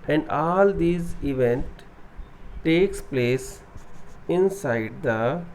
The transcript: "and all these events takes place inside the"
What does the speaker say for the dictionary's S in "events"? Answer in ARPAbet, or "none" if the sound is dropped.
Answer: none